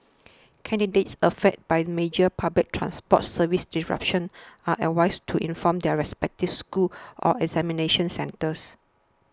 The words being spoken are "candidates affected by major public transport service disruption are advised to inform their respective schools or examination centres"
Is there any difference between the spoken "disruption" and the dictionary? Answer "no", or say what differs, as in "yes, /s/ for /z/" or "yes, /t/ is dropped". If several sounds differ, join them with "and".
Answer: yes, /s/ is dropped